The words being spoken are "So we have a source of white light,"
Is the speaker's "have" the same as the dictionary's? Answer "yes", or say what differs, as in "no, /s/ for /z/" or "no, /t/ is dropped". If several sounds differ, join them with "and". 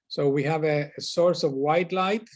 yes